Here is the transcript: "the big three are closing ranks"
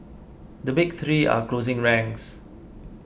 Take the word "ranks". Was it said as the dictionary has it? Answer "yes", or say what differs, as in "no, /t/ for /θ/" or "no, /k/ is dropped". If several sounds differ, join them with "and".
no, /k/ is dropped